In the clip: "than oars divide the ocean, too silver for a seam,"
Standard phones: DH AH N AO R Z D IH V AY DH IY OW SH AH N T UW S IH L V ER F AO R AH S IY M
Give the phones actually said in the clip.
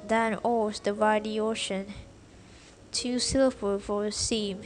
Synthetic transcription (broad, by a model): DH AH N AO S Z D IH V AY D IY OW SH AH N T UW S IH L ER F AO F AH S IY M